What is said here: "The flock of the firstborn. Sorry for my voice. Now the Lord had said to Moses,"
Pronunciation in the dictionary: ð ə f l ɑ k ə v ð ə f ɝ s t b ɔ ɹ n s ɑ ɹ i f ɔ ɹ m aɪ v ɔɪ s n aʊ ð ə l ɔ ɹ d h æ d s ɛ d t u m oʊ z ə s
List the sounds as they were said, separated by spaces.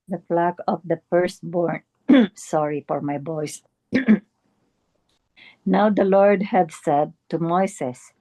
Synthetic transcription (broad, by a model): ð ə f l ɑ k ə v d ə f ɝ s t b ɔ ɹ n s ɑ ɹ i f ɔ ɹ m aɪ b ɔɪ s n aʊ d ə l ɔ ɹ d h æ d s ɛ d t u m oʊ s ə s